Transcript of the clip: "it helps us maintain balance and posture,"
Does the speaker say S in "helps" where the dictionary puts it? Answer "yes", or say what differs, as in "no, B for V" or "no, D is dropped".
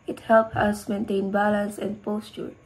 no, S is dropped